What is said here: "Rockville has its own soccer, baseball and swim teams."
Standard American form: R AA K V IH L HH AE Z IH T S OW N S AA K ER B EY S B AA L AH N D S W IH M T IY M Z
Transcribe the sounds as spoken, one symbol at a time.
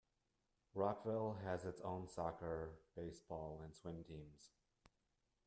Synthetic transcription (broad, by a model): R AA K V IH L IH Z IH T S OW N S AA K ER B EY S B AA L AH N S W IH M T IY M Z